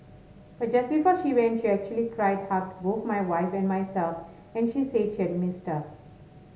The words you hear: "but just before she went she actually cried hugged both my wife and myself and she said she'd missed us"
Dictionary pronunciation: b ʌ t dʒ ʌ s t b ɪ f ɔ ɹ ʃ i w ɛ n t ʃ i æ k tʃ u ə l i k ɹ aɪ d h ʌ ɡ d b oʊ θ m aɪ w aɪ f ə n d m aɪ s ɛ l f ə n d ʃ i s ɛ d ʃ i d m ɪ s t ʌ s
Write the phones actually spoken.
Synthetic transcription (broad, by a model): b ʌ t dʒ ʌ s t b ɪ f ɔ ɹ ʃ i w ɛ n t ʃ i æ k tʃ u ə l i k ɹ aɪ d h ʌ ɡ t b oʊ t m aɪ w aɪ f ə n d m aɪ s ɛ l f ə n d ʃ i s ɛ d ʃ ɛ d m ɪ s t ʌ